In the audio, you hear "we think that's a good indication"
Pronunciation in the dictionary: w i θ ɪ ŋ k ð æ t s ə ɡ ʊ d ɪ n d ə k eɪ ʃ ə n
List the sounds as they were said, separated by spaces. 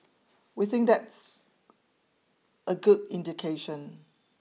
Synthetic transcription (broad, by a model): w i θ ɪ ŋ k ð æ t s ə ɡ ʊ d ɪ n d ə k eɪ ʃ ə n